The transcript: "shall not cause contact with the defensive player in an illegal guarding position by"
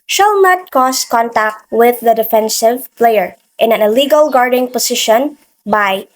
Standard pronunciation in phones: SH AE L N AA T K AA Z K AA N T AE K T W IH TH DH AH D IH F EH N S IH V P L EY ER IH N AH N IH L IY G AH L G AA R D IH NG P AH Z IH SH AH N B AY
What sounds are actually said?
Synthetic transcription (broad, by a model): SH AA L N AA T K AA S K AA N T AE K T W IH DH AH D IH F EH N S IH V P L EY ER IH N AH N IH L IY G AH L G AA R D IH NG P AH S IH SH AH N B AY